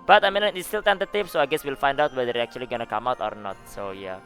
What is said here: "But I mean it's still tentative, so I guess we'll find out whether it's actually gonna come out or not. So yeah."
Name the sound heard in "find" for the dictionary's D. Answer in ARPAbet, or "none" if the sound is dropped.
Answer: D